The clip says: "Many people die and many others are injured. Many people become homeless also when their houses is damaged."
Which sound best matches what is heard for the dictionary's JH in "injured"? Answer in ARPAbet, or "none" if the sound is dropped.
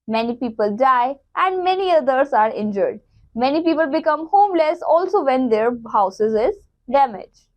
JH